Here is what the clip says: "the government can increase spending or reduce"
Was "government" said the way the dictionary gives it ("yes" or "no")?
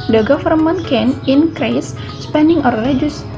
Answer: no